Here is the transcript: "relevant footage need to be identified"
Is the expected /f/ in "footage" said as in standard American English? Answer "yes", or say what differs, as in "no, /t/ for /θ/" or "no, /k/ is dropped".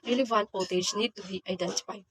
no, /p/ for /f/